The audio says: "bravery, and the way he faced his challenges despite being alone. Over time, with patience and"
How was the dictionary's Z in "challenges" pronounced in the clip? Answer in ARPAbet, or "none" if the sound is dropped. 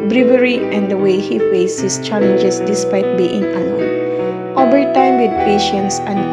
S